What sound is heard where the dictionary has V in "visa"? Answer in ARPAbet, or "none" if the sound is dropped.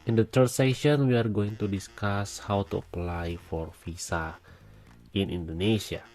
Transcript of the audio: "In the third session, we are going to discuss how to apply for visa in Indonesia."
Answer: F